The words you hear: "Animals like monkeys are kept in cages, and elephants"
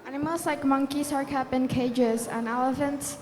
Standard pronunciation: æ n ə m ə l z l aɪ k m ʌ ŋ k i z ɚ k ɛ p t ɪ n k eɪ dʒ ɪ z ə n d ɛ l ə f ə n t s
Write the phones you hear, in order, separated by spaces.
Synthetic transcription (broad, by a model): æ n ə m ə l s l aɪ k m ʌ ŋ k i s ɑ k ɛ p ɪ n k eɪ dʒ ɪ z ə n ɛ l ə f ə n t s